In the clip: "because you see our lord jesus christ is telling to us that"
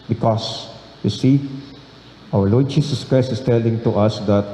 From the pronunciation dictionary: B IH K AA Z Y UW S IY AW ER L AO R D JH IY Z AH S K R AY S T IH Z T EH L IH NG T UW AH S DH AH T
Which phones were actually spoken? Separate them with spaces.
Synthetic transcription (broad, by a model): B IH K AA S Y UW S IY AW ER L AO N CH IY S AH S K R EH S IH S T EH L IH NG T UW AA S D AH T